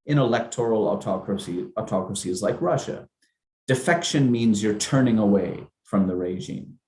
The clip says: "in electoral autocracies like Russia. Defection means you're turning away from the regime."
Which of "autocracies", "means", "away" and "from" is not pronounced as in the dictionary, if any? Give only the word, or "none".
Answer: none